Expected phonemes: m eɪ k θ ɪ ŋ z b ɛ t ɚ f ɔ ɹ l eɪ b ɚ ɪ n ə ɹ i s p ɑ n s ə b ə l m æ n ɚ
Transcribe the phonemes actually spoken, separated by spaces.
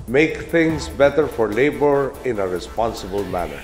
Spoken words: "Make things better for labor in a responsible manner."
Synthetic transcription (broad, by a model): m eɪ k t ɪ ŋ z b ɛ t ɚ f ɔ ɹ l eɪ b ɚ ɪ n ə ɹ i s p ɑ n s ə b ə l m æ n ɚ